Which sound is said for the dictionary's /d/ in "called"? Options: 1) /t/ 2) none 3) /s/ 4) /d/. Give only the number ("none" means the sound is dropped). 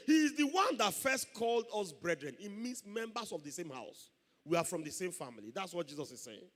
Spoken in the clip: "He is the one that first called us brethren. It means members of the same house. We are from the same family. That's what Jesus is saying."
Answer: 4